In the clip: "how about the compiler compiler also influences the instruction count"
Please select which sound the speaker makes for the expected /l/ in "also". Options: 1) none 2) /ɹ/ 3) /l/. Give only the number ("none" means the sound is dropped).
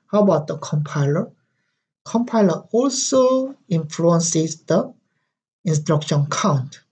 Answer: 3